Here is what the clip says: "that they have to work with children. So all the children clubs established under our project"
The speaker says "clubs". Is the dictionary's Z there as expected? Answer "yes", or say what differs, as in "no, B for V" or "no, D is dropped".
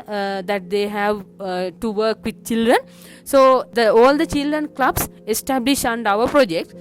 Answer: no, S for Z